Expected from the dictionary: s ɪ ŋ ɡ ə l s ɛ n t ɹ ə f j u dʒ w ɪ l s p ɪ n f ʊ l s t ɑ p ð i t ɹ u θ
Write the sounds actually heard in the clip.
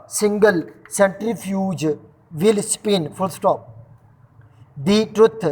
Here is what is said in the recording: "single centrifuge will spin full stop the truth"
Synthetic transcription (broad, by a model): s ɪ ŋ ɡ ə l s ɛ n t ɹ ə f j u dʒ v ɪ l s p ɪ n f ʊ l s t ɑ p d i t ɹ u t